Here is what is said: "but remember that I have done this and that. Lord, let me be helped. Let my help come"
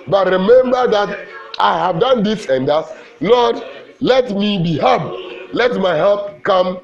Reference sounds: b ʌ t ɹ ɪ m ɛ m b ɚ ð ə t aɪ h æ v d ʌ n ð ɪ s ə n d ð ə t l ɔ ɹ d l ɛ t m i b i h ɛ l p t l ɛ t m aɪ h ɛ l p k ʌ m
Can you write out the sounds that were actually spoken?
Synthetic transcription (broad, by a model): b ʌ t ɹ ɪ m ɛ m b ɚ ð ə t aɪ h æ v d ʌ n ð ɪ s ə n d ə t l ɔ d l ɛ t m i b i h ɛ p l ɛ t m aɪ h ɛ l p k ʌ m